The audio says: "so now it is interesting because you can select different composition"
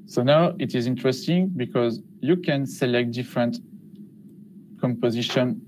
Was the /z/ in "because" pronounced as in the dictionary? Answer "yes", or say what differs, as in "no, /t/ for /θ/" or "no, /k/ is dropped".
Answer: yes